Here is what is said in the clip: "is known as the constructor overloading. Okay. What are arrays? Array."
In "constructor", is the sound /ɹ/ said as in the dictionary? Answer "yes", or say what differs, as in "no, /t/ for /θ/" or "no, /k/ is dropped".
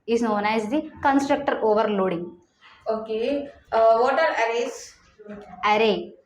yes